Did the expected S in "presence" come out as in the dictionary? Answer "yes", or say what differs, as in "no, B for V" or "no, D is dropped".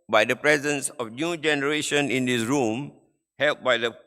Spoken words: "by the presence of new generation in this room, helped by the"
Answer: yes